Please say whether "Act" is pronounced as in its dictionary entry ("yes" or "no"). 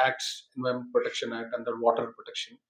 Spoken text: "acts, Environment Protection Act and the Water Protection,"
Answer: no